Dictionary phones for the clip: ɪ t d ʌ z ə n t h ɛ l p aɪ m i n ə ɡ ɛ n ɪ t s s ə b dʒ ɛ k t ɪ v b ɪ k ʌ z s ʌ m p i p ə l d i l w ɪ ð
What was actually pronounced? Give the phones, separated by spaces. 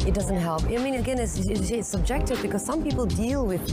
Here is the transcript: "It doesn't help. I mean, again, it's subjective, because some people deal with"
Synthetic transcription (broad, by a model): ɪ t d ʌ z ə n t h ɛ l p aɪ m i n ə ɡ ɛ n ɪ s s s ə b dʒ ɛ k t ɪ v b ɪ k ʌ z s ʌ m p i p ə l d i l w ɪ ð